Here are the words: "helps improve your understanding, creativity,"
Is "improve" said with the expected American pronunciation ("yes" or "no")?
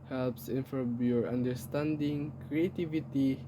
no